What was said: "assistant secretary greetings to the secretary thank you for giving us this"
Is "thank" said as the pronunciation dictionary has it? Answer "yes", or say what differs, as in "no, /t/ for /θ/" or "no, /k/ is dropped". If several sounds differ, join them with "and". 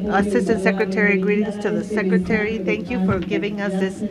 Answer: yes